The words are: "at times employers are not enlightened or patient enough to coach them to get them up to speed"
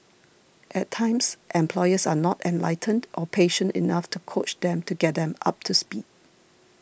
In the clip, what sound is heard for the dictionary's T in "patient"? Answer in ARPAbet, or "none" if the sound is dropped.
T